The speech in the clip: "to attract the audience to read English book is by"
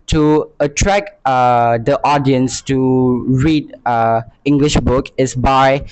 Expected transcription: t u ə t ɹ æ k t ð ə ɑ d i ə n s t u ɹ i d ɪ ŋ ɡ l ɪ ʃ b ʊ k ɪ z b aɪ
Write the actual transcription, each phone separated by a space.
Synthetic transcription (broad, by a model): t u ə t ɹ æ k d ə ɑ d i ə n s t u ɹ i d ɪ ŋ ɡ l ɪ ʃ b ʊ k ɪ s b aɪ